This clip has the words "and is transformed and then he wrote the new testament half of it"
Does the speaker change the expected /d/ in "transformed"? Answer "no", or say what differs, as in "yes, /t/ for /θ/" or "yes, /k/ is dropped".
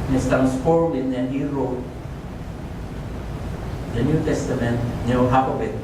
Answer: yes, /d/ is dropped